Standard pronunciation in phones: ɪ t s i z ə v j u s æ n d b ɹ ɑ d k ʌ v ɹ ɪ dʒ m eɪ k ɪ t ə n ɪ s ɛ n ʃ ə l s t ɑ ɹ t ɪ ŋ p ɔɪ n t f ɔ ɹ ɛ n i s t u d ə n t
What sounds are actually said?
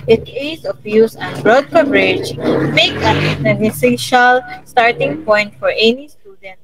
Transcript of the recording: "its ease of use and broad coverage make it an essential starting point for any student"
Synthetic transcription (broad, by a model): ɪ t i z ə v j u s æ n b ɹ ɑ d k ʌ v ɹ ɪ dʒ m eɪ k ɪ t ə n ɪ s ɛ ʃ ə l s t ɑ ɹ t ɪ ŋ p ɔɪ n t f ɔ ɹ ɛ n i s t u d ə n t